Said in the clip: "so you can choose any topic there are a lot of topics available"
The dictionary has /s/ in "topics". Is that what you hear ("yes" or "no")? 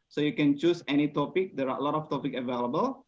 no